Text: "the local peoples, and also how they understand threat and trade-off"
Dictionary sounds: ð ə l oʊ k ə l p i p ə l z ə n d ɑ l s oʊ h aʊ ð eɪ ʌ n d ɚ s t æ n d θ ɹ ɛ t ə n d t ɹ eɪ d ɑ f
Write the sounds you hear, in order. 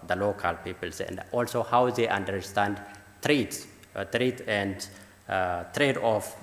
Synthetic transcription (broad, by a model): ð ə l oʊ k ə l p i p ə l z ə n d ɑ l s oʊ h aʊ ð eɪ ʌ n d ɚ s t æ n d t ɹ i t ə n d t ɹ eɪ d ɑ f